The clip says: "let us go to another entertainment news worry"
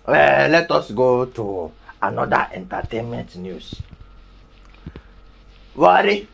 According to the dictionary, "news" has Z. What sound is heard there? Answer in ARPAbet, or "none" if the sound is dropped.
S